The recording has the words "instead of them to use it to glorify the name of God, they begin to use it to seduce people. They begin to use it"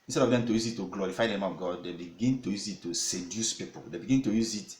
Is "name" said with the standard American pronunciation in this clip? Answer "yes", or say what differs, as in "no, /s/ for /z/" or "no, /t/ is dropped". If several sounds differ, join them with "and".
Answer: no, /m/ is dropped